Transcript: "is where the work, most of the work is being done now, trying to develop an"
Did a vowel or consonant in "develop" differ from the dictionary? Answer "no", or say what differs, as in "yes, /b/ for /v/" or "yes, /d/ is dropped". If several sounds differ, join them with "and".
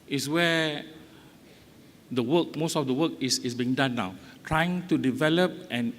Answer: no